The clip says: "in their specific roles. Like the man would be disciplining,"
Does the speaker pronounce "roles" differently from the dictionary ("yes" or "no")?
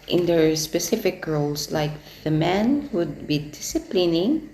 yes